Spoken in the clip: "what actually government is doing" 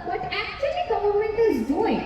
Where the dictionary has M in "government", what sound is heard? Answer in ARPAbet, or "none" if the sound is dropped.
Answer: none